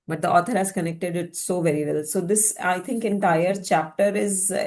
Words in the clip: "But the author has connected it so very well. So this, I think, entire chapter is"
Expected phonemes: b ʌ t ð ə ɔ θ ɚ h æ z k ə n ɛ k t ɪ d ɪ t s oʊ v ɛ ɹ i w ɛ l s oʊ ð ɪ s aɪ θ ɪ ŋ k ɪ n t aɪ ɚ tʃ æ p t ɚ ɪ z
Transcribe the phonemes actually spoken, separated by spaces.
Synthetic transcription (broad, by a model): b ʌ t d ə ɔ t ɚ h æ z k ə n ɛ k t ɪ d ɪ t s oʊ v ɛ ɹ i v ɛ l s oʊ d ɪ s aɪ t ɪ ŋ k ɪ n t aɪ ɚ tʃ æ p t ɚ ɪ z